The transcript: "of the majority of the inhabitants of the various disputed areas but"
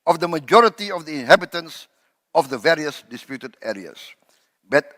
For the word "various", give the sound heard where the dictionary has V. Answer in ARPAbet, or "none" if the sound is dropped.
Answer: V